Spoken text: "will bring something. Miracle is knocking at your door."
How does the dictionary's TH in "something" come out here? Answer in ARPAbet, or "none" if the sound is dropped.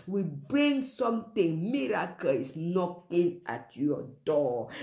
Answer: T